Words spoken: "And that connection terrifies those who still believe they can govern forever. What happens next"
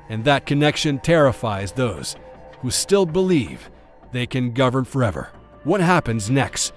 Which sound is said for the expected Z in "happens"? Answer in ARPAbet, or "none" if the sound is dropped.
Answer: Z